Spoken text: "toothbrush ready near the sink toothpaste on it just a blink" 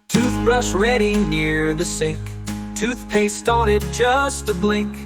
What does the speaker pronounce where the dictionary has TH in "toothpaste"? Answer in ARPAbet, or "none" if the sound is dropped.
TH